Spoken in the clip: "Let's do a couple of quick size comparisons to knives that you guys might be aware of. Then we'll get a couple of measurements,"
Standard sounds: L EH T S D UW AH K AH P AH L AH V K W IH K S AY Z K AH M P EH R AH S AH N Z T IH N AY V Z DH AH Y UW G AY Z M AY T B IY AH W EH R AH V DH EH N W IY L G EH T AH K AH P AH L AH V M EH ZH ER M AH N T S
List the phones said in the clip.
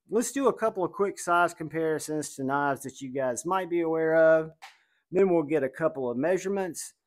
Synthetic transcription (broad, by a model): L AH T S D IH AH K AH P L AH V K W IH K S AY Z K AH M P EH R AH S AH N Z T IH N AY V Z DH AH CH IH G AY Z M AY T B IY AH W EH R AH V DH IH N W IY L G EH T AH K AH P L AH V M EH ZH ER M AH N T S